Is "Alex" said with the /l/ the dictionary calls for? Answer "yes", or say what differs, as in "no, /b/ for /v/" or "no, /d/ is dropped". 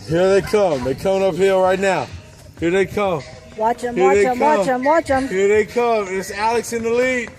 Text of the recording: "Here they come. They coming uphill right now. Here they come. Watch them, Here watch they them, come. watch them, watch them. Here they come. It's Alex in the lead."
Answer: yes